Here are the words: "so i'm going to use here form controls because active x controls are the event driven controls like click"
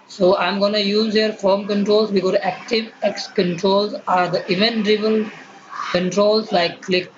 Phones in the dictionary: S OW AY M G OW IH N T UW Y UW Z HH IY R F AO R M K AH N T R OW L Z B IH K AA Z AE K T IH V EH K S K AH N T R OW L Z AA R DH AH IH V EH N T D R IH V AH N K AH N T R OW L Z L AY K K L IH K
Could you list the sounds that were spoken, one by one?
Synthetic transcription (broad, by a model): S OW AY M G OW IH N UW Y UW Z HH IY R F AO R M K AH N T R OW L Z B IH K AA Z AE K T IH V EH K S K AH N T R OW L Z AA R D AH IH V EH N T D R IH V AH L K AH N T R OW L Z L AY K K L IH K